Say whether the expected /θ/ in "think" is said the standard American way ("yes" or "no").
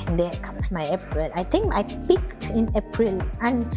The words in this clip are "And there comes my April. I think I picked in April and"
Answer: no